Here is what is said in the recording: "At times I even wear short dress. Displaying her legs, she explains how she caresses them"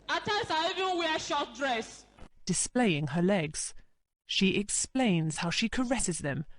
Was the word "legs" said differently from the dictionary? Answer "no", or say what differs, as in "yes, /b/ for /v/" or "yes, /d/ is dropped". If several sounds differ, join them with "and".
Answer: no